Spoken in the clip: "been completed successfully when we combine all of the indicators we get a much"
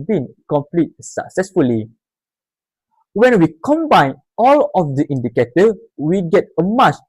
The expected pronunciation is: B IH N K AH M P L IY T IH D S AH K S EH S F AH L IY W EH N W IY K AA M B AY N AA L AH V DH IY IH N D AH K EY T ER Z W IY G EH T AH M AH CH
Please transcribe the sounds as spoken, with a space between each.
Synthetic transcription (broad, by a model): B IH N K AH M P L IY T S AH K S EH S F AH L IY W EH N W IY K AA M B AY N AA L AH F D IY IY N D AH K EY T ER W IY G EH T AH M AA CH